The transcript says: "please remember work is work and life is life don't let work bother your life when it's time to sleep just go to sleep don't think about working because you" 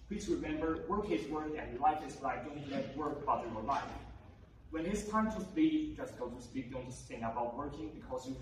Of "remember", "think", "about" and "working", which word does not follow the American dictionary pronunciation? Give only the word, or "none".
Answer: think